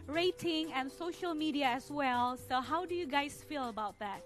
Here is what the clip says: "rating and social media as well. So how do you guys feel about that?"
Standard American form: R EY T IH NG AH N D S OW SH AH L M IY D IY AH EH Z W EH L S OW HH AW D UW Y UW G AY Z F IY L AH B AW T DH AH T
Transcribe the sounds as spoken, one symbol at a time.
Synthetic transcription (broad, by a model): R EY T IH NG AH N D S OW SH AH L M IY D IY AH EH S W EH L S OW HH AW D UW Y UW G AY S F IY L AH B AW T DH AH T